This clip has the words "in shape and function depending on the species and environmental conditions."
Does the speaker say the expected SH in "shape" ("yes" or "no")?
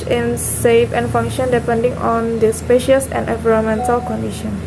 no